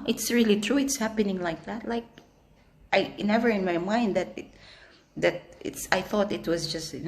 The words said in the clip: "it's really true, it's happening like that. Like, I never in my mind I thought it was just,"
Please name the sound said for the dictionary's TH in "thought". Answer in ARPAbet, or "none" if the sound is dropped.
TH